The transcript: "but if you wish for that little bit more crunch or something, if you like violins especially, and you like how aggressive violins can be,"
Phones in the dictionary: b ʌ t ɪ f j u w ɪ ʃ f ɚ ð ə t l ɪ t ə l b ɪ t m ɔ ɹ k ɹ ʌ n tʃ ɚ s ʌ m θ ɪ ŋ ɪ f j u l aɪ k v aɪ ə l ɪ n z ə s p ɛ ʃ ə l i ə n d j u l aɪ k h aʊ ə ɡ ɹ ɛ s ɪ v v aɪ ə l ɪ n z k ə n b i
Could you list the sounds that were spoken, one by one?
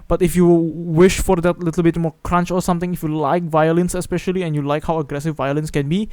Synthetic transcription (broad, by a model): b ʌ t ɪ f j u w ɪ ʃ f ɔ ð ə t l ɪ t ə l b ɪ t m ɔ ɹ k ɹ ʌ n tʃ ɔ s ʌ m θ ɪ ŋ ɪ f j u l aɪ k v aɪ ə l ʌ n s ə s p ɛ ʃ ə l i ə n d j u l aɪ k h aʊ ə ɡ ɹ ɛ s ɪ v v aɪ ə l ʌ n s k ə n b i